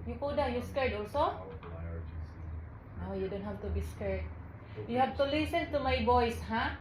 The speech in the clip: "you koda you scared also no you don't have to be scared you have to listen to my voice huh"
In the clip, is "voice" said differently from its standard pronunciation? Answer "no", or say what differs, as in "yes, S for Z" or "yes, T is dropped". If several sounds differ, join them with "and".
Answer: yes, B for V